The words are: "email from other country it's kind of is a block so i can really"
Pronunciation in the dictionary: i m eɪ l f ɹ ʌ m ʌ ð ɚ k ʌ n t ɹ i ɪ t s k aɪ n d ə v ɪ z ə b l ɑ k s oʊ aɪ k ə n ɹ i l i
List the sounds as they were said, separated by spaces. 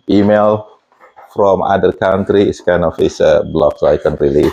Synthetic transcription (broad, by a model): i m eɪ l f ɹ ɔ m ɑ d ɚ k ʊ n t ɹ i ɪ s k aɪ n ə f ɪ s ə b l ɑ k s aɪ k ə n ɹ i l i